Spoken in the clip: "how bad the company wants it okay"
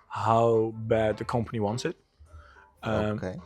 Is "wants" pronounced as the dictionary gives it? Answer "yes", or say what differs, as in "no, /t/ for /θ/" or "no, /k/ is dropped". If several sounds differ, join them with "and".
yes